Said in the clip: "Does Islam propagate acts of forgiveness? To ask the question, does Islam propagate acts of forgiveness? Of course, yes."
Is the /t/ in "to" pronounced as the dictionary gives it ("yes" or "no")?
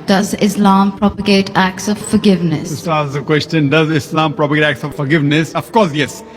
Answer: no